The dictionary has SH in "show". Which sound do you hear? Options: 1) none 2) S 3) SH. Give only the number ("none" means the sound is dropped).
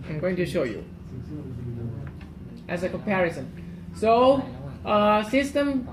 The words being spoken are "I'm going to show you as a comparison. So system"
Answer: 3